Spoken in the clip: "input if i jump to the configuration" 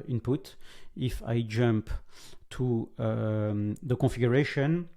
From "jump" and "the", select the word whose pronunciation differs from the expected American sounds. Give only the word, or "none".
none